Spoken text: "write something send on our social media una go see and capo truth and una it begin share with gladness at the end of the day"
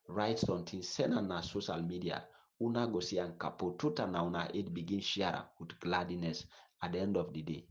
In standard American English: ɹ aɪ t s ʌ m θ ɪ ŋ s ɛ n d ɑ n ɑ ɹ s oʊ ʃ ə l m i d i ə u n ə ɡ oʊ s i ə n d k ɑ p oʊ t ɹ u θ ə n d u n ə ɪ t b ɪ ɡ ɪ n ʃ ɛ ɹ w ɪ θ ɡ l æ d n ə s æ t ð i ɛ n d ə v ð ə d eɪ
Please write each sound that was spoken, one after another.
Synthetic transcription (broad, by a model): ɹ aɪ t s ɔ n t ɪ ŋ s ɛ n ɑ n ɑ s oʊ ʃ ə l m i d i ə u n ə ɡ oʊ s i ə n k ɑ p oʊ t u t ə n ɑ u n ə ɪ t b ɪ ɡ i n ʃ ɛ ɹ w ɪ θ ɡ l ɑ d n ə s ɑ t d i ɛ n d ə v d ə d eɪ